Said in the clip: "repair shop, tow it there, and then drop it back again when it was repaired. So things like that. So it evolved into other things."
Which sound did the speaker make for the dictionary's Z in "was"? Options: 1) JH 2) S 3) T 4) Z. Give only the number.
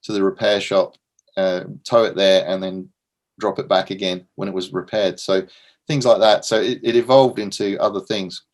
4